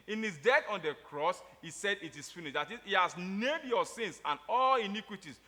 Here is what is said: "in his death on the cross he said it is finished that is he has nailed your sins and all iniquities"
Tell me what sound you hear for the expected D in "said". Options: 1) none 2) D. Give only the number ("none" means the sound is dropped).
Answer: 2